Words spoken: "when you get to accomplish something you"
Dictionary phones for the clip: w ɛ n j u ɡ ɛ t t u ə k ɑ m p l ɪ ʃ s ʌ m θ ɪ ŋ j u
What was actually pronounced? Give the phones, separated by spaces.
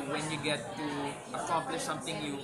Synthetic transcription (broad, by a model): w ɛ n j u ɡ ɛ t t u ə k ɑ m p l ɪ ʃ s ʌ m t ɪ ŋ j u